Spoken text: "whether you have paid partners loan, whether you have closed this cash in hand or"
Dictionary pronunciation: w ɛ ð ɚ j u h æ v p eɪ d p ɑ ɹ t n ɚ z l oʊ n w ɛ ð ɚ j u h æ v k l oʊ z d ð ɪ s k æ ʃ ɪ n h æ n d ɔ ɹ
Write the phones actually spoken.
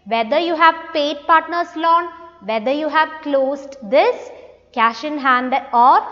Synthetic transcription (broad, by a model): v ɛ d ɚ j u h æ v p eɪ d p ɑ ɹ t n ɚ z l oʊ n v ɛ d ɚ j u h æ v k l oʊ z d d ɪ s k æ ʃ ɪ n h æ n d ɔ ɹ